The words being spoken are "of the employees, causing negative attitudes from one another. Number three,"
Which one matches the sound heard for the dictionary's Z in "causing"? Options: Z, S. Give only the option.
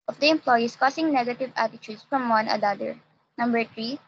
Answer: S